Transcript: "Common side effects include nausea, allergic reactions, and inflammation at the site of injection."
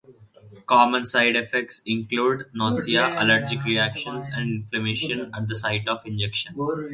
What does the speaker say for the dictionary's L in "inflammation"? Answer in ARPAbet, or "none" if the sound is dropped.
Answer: L